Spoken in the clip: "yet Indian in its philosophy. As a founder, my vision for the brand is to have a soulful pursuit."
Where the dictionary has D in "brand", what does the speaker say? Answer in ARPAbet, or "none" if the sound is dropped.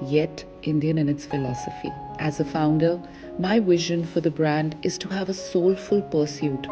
D